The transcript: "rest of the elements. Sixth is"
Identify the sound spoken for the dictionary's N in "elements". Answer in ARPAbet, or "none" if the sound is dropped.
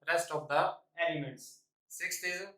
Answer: none